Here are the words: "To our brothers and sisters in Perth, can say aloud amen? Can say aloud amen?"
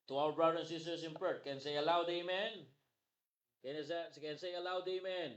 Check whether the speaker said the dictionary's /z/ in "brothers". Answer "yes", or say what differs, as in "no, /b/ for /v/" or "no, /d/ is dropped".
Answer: no, /z/ is dropped